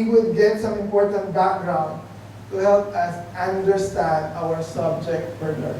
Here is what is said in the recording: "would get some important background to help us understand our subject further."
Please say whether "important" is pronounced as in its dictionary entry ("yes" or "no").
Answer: yes